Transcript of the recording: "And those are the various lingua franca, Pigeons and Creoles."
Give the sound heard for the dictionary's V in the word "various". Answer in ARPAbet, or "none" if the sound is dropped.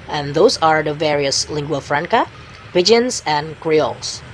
V